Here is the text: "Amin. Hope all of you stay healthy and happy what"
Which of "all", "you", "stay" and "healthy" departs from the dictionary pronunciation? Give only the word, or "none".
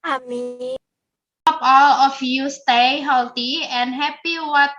healthy